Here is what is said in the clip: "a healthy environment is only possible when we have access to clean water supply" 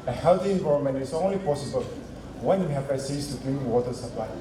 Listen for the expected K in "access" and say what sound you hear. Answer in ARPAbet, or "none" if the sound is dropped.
none